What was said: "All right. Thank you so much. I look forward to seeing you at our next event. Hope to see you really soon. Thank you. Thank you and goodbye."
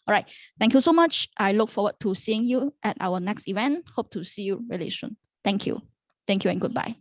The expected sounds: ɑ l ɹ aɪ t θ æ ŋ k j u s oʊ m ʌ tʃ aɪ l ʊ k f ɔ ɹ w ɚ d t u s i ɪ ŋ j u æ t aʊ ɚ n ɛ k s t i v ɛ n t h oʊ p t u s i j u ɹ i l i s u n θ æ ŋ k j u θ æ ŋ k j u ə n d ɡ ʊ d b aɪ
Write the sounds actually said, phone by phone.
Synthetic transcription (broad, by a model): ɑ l ɹ aɪ t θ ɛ ŋ k j u s oʊ m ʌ tʃ aɪ l ʊ k f ɔ w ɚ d t u s i ɪ ŋ j u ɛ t aʊ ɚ n ɛ k s t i v ɛ n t h oʊ p t u s i j u ɹ i l i ʃ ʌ n t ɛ ŋ k j u t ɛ ŋ k j u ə n ɡ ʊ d b aɪ